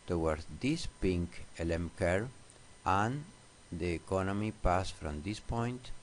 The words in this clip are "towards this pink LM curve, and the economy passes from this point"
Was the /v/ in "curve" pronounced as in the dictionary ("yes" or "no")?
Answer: no